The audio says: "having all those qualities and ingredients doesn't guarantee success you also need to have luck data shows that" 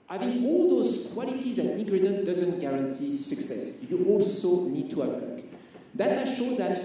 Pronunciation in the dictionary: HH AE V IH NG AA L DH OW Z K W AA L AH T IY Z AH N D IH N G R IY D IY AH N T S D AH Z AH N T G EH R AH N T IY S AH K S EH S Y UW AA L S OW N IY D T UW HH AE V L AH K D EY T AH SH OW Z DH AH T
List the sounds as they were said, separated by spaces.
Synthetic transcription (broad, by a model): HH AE V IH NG AA L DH OW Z K W AA L AH T IY Z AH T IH G R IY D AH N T D AH Z AH N T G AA R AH N T IY S AH K S EH S Y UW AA L S OW N IY D T UW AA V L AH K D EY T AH SH OW Z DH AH T